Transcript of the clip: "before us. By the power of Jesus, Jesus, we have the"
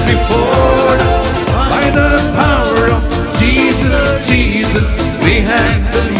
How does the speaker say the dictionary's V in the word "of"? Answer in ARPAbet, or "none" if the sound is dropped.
V